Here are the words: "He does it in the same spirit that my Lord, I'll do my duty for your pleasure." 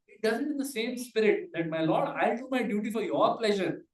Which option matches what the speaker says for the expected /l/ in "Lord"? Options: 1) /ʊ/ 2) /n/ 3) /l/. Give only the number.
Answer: 3